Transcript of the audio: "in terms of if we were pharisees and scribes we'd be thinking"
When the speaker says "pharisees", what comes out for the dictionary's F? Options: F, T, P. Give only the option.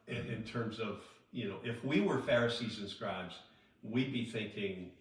F